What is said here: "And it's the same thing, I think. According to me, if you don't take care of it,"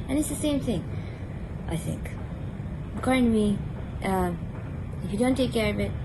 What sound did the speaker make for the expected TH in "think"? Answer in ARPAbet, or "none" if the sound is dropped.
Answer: TH